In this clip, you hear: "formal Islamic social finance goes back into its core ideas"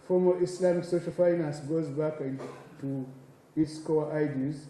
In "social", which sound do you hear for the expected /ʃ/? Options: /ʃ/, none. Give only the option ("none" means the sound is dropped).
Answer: /ʃ/